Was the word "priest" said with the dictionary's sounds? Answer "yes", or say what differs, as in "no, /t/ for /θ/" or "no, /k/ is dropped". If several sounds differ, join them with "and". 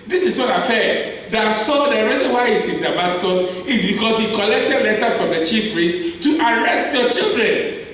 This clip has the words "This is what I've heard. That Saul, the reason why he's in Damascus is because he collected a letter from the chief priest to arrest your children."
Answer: yes